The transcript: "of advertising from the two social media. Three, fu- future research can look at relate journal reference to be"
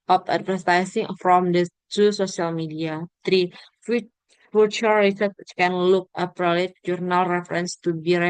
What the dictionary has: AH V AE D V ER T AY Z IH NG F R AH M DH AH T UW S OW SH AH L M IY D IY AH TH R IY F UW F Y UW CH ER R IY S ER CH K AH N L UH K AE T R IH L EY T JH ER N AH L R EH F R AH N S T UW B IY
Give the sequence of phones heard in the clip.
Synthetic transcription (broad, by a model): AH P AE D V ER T AY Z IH NG F R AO M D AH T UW S OW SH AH L M IY D IY AH T R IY F UW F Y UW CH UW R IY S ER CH K AH N L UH K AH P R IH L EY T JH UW N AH L R EH F R AH N S T UW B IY